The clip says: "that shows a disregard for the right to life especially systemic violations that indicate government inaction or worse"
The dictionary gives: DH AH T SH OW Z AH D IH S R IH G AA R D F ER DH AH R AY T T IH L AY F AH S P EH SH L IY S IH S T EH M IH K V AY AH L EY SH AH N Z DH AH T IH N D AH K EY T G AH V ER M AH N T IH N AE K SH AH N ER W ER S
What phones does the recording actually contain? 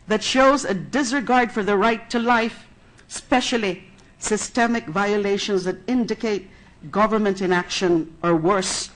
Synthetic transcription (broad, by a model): DH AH T SH OW Z AH D IH S R IH G AA R D F ER DH AH R AY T T IH L AY F S P EH SH L IY S IH S T EH M IH K V AY AH L EY SH AH N Z DH AH T IH N D AH K EY T G AH V ER M AH N T IH N AE K SH AH N ER W ER S